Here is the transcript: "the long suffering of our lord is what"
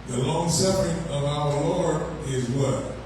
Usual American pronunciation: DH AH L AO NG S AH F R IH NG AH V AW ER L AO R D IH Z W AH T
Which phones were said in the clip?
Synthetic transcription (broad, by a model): DH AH L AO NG S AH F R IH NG AH V AW ER L AO R D IH Z W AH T